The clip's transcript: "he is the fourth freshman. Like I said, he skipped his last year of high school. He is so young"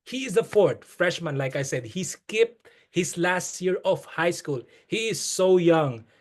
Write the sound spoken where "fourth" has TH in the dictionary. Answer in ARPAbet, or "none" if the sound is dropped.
T